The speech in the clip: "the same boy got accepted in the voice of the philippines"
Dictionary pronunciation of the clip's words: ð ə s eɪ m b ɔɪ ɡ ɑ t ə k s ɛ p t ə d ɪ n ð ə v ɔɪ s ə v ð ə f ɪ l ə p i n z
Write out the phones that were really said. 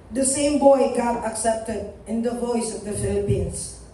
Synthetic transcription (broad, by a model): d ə s eɪ m b ɔɪ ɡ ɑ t ə k s ɛ p t ə d ɪ n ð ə v ɔɪ s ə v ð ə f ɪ l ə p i n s